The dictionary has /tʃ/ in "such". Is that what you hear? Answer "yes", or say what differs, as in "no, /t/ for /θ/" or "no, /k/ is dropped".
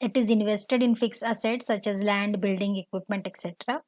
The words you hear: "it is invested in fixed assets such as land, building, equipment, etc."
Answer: yes